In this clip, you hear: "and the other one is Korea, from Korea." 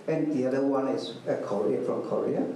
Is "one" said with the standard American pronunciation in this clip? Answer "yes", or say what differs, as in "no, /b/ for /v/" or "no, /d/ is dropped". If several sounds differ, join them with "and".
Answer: no, /n/ is dropped